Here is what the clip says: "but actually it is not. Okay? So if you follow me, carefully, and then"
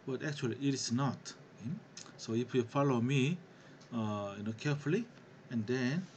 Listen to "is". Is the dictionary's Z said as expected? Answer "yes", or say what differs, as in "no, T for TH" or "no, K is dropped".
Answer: no, S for Z